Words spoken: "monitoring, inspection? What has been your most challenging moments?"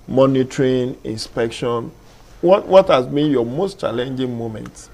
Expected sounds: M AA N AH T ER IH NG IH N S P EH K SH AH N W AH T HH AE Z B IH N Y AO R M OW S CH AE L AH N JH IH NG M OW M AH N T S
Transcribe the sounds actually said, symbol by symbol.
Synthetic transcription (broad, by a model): M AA N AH T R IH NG IH N S P EH K SH AH N W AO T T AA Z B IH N Y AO M OW S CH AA L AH N JH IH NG M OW M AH N T